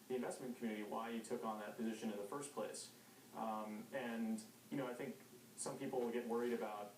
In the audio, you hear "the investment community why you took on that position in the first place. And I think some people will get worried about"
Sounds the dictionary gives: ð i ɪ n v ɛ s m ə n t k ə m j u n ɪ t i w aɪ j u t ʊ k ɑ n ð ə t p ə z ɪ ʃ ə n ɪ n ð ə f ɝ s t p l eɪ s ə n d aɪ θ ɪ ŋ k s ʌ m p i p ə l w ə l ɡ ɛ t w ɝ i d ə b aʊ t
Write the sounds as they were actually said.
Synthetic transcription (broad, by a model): ð i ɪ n v ɛ s m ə n k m j u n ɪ t i w aɪ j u t ʊ k n ð ə t p ə z ɪ ʃ ə n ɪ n ð ə f ɝ s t p l eɪ s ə n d aɪ θ ɪ ŋ k s ʌ m p i p l w ə l ɡ ɛ t w ɝ i d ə b aʊ t